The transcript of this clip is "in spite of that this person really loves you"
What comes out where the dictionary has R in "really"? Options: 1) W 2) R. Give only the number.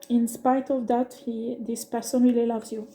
1